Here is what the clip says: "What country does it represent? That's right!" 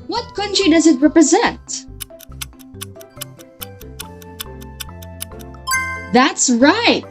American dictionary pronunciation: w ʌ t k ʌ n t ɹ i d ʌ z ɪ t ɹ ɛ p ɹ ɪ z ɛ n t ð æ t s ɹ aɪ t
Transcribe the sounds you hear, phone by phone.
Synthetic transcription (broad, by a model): w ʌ t k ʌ n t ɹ i d ʌ z ɪ t ɹ ɛ p ɹ ɪ z ɛ n t ð æ t s ɹ aɪ t